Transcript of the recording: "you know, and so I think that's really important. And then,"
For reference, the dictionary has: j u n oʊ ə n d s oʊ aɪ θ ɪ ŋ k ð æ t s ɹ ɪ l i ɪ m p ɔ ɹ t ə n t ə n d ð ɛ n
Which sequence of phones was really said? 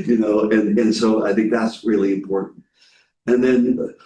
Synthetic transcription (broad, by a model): j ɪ n oʊ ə n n s oʊ aɪ θ ɪ ŋ k ð æ t s ɹ ɪ l i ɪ m p ɔ ɹ t n t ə n ð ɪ n